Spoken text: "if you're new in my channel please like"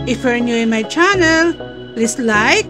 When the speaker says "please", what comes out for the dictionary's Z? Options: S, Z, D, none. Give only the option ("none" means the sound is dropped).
S